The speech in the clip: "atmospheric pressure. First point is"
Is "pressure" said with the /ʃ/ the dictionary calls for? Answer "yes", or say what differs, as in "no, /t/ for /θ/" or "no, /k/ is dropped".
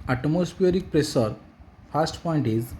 no, /s/ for /ʃ/